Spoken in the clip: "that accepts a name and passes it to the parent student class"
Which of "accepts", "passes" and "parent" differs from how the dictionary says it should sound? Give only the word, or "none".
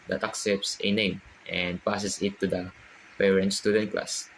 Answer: passes